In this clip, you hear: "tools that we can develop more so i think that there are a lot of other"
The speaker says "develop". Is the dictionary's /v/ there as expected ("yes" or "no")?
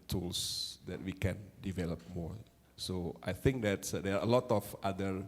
yes